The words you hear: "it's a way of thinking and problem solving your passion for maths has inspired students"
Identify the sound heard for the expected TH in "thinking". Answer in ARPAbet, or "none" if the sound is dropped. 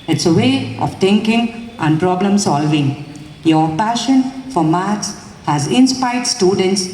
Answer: T